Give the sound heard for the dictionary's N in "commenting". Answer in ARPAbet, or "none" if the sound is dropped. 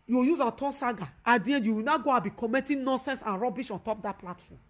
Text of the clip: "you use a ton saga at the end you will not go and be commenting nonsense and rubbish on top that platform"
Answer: none